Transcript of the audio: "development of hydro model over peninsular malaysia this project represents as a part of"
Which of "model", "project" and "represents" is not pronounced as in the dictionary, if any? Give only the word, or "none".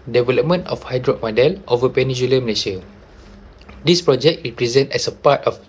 represents